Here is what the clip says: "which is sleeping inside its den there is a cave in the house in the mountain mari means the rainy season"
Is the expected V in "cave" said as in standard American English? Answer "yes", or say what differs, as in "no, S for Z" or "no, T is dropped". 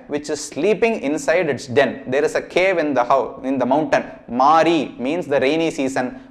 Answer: yes